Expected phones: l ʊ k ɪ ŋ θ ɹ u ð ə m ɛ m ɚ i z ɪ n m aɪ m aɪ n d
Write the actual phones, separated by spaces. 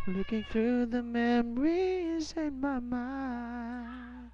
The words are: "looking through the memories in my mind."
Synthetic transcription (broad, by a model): l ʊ k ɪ ŋ θ ɹ u ð ə m ɛ m ɚ i z ɪ n m aɪ m aɪ n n